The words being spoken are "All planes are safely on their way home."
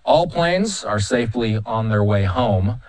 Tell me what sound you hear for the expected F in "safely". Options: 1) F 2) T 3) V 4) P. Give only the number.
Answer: 1